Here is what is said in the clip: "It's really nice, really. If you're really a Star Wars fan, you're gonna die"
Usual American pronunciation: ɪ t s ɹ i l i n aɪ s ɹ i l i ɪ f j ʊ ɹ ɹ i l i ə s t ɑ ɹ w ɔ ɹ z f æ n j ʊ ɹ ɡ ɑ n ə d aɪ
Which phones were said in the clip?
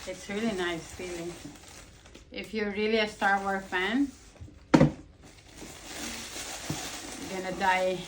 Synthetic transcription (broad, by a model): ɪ t s ɹ i l i n aɪ s ɹ i l i ɪ f j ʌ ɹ ɹ i l i ə s t ɑ ɹ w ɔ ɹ f æ n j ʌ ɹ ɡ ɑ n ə d aɪ